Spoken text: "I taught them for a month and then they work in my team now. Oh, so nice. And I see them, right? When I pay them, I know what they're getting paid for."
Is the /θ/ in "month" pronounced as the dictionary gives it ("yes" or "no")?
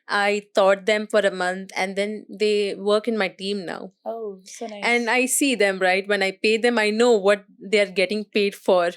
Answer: no